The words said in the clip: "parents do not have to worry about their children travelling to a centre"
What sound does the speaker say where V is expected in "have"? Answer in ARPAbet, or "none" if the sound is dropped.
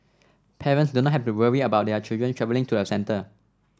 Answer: F